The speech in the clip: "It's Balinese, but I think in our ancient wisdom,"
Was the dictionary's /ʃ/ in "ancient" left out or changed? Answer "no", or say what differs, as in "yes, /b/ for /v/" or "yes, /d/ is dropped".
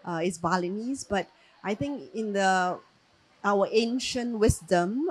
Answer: no